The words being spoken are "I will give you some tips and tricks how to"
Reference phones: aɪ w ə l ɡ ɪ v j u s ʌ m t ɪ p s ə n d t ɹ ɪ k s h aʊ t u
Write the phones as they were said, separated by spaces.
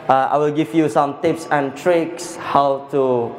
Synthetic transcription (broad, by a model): aɪ w ə l ɡ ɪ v j u s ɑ m t ɪ p s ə n t ɹ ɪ k s h aʊ t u